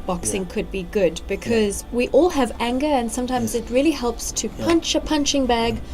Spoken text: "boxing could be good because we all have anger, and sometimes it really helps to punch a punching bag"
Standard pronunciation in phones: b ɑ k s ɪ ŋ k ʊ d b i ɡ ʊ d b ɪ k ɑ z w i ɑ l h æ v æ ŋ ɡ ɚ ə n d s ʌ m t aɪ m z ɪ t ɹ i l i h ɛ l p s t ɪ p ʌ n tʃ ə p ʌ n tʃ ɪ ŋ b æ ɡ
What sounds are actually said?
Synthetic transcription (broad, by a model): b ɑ k s ɪ ŋ k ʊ d b i ɡ ʊ d b ɪ k ɑ z w i ɑ l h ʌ v æ ŋ ɡ ɚ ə n s ʌ m t aɪ m z ɪ t ɹ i l i h ɛ l p s t ɪ p ʌ n tʃ ə p ʌ n tʃ ɪ ŋ b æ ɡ